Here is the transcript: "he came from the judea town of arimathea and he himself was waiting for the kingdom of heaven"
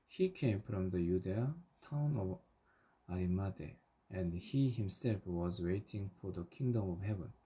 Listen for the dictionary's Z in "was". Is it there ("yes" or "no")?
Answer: yes